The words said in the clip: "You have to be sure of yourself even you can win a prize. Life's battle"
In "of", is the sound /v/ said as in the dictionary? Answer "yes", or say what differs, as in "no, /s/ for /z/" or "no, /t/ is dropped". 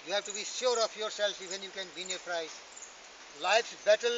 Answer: no, /p/ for /v/